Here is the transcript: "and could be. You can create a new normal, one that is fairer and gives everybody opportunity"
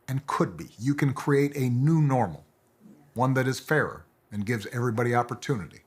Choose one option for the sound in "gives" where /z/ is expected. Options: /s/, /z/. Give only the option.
/z/